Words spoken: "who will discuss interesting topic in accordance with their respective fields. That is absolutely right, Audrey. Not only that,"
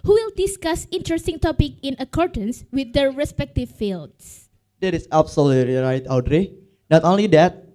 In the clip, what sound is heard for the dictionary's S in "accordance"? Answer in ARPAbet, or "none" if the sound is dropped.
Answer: S